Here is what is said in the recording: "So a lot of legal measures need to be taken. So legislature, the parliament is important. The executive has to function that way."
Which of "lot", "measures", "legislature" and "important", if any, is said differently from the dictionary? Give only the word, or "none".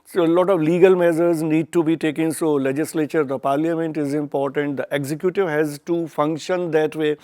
measures